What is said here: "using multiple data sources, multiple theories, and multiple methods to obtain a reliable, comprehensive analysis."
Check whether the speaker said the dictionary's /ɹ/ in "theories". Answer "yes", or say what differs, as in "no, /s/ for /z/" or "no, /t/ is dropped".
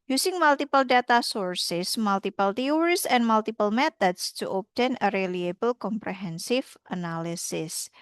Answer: no, /w/ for /ɹ/